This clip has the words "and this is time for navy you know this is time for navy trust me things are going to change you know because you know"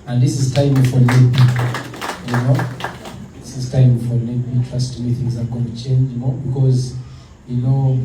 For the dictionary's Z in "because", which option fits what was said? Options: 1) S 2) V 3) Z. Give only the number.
3